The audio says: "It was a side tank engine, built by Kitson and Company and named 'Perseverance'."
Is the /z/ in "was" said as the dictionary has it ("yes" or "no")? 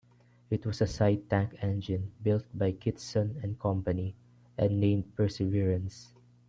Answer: no